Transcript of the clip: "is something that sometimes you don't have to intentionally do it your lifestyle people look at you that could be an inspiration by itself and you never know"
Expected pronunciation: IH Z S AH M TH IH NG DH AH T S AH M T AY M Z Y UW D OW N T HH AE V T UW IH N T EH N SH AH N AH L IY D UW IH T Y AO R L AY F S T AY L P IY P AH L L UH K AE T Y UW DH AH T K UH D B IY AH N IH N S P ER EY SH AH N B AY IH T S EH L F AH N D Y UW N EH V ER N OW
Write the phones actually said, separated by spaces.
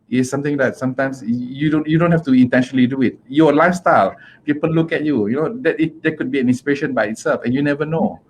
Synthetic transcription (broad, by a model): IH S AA M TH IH NG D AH T S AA M T AY M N Y UW D OW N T HH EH F T UW IH N T EH N SH AH N AH L IY D UW IH T Y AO L AY F S T AY L P IY P AH L L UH K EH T Y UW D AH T K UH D B IY AH N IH N S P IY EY SH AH N B AY IH T S EH L F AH N Y UW N EH V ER N OW